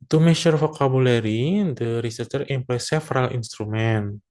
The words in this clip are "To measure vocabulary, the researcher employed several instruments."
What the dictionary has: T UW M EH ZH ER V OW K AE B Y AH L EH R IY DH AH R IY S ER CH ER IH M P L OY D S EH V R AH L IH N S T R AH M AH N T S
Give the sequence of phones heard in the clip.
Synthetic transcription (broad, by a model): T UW M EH SH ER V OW K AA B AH L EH R IY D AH R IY S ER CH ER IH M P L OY S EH F R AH L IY N S T R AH M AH N